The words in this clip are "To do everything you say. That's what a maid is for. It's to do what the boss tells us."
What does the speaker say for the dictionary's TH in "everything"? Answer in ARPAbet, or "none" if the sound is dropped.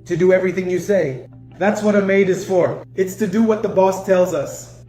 TH